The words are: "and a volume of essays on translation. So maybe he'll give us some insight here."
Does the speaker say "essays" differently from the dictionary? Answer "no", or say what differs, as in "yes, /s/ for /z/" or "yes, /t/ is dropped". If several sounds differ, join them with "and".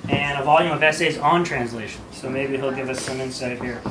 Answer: no